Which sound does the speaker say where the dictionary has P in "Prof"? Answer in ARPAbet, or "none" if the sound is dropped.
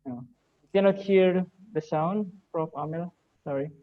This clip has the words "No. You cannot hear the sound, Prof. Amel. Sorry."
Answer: F